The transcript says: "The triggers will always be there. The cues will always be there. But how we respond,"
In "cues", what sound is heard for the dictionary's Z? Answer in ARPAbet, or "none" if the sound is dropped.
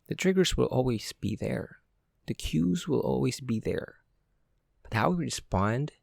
Z